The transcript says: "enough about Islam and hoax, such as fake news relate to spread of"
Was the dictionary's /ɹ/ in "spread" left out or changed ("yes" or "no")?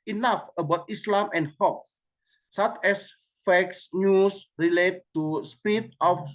yes